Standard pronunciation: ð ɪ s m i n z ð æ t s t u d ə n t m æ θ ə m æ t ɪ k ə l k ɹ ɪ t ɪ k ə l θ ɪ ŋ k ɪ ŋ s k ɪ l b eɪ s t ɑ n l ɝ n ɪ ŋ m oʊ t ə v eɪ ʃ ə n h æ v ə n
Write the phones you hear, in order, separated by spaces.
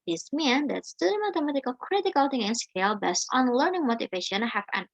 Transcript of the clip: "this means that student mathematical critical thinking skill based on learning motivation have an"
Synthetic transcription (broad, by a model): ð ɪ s m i n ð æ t s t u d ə m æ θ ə m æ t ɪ k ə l k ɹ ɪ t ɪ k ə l t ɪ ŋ ɪ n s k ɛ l b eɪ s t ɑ n l ɝ n ɪ ŋ m oʊ t ə v eɪ ʃ ə n h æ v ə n